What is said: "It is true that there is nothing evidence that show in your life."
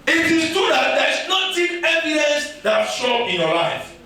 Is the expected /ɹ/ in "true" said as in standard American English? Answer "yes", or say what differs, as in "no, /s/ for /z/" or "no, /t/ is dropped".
no, /ɹ/ is dropped